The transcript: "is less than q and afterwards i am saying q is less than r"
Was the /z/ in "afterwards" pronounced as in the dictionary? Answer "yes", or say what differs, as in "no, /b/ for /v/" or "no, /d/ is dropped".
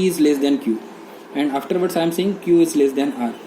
no, /s/ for /z/